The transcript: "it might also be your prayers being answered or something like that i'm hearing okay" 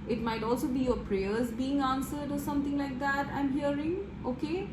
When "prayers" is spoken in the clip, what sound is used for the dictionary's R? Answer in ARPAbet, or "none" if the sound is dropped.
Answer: R